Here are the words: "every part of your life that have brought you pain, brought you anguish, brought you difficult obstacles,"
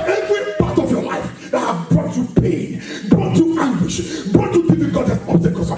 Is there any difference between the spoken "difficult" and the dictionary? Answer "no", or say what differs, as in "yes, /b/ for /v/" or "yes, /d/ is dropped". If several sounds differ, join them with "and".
yes, /p/ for /f/